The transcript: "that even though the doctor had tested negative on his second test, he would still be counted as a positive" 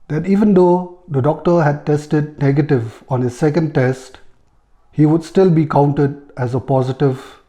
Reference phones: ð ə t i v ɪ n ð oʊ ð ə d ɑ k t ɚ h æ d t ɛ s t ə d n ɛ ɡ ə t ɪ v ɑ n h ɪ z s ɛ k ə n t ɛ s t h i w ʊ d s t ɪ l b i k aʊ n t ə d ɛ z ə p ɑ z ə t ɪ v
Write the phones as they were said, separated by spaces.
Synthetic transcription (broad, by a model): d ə t i v ɪ n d oʊ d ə d ɑ k t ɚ h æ d t ɛ s t ə d n ɛ ɡ ə t ɪ v ɑ n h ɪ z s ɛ k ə n t ɛ s t h i w ʊ d s t ɪ l b i k aʊ n t ə d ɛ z ə p ɑ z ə t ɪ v